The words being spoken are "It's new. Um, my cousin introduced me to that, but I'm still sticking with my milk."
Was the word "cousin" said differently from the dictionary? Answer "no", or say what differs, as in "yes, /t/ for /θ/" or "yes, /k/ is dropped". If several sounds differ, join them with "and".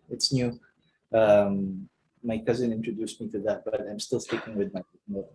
no